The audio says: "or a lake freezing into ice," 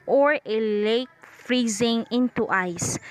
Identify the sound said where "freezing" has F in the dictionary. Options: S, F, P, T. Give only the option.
F